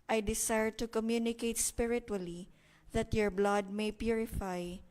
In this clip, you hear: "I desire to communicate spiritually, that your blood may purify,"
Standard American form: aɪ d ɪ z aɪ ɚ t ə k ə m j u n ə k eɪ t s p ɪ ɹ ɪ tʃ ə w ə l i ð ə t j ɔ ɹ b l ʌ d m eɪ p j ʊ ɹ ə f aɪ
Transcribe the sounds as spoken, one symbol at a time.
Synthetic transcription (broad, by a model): aɪ d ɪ s aɪ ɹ t ə k ə m j u n ə k eɪ t s p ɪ ɹ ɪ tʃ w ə l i ð ə t j ɔ ɹ b l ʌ d m eɪ p j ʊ ɹ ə f aɪ